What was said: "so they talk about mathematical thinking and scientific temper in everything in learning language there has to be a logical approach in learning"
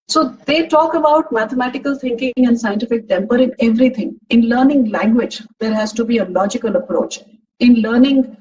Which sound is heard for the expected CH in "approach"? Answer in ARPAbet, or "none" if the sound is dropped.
CH